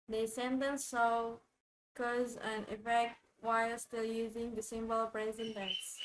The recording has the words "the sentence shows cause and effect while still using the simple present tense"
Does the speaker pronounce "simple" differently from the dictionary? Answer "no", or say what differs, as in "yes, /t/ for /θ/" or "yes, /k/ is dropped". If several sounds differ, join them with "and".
yes, /b/ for /p/